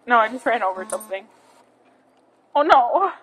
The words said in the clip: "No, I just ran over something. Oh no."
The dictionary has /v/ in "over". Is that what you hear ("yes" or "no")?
yes